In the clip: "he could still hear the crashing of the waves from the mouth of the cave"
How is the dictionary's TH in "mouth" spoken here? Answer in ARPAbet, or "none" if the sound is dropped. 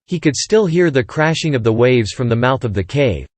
TH